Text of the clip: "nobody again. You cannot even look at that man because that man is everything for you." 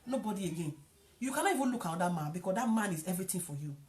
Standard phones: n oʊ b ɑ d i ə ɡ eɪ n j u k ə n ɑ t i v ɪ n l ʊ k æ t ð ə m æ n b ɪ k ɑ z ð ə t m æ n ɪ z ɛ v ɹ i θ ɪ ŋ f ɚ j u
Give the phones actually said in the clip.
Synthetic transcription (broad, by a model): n oʊ b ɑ d i ə ɡ eɪ n j u k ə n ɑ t i v ɪ n l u k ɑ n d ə m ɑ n b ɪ k ɑ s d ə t m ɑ n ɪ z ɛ v ɹ i t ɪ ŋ f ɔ j u